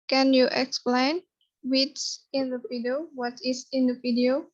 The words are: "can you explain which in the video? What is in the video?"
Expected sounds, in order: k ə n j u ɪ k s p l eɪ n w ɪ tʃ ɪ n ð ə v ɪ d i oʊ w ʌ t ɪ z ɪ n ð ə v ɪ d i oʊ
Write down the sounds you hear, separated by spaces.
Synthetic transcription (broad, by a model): k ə n j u ɪ k s p l eɪ n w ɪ s ɪ n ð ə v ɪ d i oʊ w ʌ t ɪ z ɪ n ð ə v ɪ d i oʊ